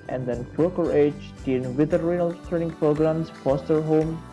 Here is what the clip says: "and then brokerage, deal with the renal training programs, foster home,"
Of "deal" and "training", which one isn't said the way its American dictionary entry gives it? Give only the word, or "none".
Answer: deal